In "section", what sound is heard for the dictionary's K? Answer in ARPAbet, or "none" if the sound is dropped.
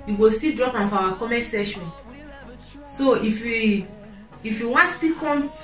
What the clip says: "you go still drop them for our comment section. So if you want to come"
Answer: none